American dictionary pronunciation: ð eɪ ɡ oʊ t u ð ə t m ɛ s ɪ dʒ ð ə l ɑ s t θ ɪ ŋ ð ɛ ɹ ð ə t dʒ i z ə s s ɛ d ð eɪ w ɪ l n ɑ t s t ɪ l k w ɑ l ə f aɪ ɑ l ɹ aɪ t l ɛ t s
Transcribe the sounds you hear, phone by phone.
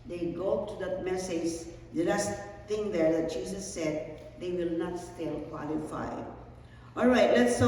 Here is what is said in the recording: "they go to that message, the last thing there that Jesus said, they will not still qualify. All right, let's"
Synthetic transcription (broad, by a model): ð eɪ ɡ oʊ t u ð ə t m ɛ s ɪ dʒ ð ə l ɑ s t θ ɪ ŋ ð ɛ ɹ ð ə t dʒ i s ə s s ɛ d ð eɪ w ɪ l n ɑ t s t ɪ l k w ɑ l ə f aɪ ɑ l ɹ aɪ t l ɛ t s